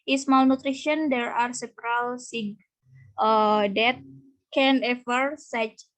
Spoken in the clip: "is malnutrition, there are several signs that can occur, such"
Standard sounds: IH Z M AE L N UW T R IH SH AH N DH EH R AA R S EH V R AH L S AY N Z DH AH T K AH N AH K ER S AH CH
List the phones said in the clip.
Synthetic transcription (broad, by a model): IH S M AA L N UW T R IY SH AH N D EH R AA R S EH P R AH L S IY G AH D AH T K AH N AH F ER S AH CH